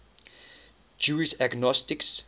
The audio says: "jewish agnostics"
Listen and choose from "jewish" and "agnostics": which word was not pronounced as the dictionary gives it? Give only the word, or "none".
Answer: jewish